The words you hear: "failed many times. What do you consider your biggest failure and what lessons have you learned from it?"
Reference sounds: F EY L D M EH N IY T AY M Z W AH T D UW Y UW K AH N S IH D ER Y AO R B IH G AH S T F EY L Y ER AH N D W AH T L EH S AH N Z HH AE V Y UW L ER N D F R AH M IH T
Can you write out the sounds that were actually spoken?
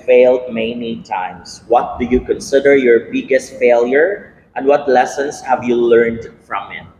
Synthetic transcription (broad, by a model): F EY L D M EH N IY T AY M S W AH T D UW Y UW K AH N S IH D ER Y AO R B IH G AH S T F EY L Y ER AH N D W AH T L EH S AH N S HH AE V Y UW L ER N D F R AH M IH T